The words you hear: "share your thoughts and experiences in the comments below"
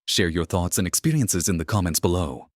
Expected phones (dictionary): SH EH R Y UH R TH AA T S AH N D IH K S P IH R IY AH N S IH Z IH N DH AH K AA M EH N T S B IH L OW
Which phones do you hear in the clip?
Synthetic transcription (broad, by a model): SH EH R Y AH R TH AA T S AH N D IH K S P IH R IY AH N S IH Z IH N DH AH K AA M EH N T S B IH L OW